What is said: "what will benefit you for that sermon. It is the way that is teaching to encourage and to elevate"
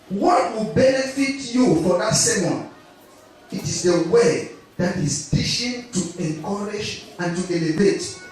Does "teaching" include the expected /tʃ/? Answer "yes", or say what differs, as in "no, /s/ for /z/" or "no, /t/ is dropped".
no, /ʃ/ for /tʃ/